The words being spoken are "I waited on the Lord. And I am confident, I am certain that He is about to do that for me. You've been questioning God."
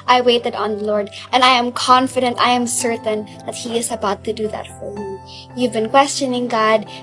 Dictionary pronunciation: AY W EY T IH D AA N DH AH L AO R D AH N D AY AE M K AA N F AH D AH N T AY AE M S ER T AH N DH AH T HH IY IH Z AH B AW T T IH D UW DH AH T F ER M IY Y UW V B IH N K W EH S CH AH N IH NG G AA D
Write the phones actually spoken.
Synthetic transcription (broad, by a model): AY W EY T IH D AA N DH AH L AO R D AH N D AY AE M K AA N F AH D AH N T AY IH M S ER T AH N DH AH T HH IY IH Z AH B AW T T IH D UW DH AH T F ER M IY Y UW V B IH N K W EH S CH AH N IH NG G AA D